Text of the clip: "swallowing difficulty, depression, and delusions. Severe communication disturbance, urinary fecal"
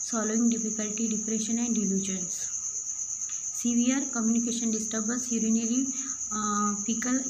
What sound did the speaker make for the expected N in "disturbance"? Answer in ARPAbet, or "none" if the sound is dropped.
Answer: none